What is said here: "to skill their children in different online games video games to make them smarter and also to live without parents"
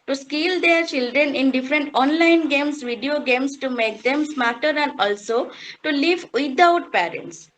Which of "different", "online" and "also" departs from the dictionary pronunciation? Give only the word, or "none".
none